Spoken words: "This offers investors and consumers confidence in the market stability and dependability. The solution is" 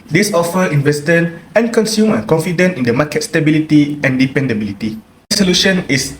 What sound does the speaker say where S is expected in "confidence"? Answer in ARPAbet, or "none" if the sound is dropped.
none